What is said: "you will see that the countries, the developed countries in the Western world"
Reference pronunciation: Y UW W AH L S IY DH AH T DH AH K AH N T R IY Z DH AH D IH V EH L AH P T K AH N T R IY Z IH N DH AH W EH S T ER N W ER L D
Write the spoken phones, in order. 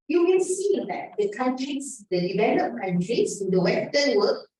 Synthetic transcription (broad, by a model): Y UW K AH N S IY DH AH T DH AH K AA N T R IY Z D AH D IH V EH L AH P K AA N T R IY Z IH N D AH W EH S T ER N W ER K